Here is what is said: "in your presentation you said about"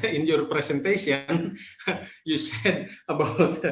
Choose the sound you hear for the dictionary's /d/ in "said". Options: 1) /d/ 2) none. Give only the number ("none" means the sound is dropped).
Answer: 1